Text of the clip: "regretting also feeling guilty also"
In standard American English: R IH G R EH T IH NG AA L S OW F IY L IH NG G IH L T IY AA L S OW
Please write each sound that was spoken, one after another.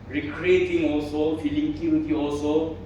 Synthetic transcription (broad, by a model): R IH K R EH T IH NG AA L S OW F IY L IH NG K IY W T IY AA L S OW